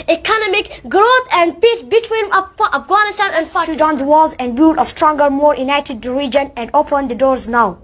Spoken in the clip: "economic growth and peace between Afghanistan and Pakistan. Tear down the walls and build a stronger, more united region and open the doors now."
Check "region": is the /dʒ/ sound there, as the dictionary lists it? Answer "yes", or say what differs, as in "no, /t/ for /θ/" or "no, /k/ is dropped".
yes